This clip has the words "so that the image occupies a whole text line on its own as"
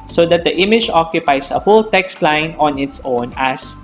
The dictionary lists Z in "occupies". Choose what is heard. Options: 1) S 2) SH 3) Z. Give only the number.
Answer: 1